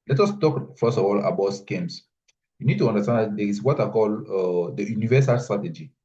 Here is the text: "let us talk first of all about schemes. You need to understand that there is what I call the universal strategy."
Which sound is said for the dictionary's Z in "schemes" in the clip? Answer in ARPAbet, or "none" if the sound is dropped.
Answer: S